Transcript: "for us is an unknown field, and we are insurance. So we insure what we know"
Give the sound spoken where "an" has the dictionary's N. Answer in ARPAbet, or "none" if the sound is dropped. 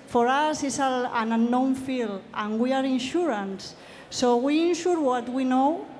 L